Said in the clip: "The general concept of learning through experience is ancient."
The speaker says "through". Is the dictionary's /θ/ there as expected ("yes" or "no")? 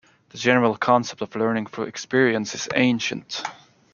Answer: no